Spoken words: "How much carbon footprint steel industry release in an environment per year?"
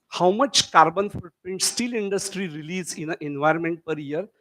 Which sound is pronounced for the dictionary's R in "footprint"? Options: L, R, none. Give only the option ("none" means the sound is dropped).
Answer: none